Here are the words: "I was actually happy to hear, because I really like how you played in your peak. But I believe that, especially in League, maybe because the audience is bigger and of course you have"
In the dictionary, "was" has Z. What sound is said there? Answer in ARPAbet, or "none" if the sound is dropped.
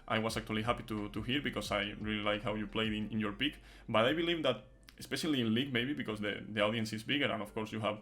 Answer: S